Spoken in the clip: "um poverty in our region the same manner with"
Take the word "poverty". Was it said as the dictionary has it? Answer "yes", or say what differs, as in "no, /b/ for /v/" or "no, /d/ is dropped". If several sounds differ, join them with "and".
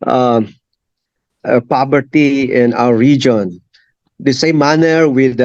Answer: no, /b/ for /v/